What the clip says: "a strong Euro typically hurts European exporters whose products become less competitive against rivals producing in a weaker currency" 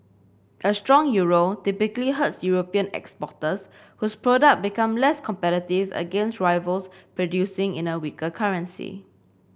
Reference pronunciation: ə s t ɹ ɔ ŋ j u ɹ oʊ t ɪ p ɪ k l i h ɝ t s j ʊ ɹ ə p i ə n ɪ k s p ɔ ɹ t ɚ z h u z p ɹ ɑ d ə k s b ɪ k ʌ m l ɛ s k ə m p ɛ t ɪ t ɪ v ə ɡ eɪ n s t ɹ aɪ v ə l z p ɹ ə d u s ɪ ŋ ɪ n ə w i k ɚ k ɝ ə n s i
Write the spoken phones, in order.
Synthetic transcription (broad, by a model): ə s t ɹ ɔ ŋ j u ɹ oʊ t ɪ p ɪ k l i h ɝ t s j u ɹ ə p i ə n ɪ k s p ɔ t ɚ s h u s p ɹ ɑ d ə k b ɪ k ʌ m l ɛ s k ə m p ɛ t ɪ t ɪ v ə ɡ eɪ n s t ɹ aɪ v ə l s p ɹ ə d u s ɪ ŋ ɪ n ə w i k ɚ k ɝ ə n s i